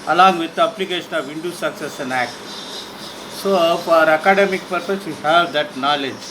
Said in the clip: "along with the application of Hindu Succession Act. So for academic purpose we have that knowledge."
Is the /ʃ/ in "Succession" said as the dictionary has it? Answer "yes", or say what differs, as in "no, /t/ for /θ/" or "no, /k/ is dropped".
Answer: no, /s/ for /ʃ/